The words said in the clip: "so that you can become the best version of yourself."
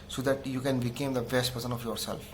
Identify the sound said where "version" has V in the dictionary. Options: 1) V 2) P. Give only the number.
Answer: 2